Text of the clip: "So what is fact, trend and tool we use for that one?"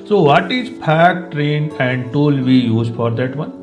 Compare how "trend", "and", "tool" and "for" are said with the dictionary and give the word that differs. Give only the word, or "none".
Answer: trend